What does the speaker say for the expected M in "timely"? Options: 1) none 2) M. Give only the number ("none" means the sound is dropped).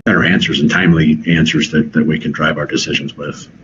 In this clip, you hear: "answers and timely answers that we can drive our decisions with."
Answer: 2